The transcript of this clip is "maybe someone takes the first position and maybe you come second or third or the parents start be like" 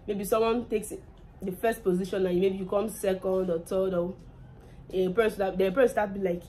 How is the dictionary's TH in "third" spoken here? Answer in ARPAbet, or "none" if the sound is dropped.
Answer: T